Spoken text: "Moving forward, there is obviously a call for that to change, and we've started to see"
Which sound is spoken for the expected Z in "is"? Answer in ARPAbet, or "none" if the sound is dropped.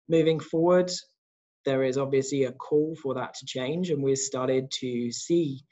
Z